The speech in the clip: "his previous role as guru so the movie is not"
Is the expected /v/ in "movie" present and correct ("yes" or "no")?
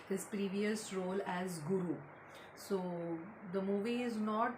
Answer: yes